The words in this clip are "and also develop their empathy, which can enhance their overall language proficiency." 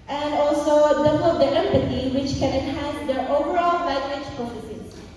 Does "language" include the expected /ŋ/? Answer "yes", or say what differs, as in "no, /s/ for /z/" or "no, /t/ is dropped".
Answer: no, /ŋ/ is dropped